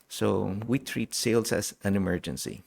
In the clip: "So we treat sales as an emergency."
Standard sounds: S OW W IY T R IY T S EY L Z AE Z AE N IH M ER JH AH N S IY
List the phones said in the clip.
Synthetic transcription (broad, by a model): S OW W IY T R IY T S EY L S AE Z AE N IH M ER JH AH N S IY